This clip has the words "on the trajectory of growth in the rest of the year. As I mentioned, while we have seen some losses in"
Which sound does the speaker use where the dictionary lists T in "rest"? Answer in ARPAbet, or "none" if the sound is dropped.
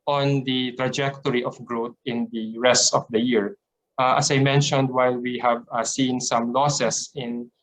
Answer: T